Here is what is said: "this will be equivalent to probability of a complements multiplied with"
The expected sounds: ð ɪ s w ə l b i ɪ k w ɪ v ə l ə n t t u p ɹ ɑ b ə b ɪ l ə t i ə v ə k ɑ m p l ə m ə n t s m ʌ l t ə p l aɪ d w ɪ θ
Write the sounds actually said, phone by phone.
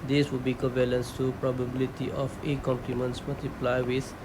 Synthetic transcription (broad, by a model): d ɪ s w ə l b i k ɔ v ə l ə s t t u p ɹ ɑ b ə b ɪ l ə t i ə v ə k ɑ m p l ə m ə n t s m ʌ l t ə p l aɪ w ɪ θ